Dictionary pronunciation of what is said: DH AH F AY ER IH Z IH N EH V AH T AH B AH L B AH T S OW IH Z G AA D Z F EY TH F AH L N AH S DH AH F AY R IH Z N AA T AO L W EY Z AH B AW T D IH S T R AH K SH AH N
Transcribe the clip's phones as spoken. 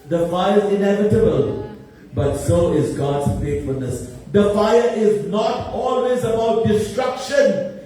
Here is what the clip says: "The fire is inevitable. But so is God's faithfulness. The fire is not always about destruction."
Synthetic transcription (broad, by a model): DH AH F AY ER IH Z IH N EH V AH T AH B AH L B AH T S OW IH Z G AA D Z F EY T F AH L N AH S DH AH F AY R IH Z N AA T AO L W EY Z AH B AW T D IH S T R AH K SH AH N